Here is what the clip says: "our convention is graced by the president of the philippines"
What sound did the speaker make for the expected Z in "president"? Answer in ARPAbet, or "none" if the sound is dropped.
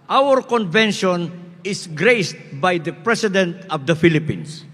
S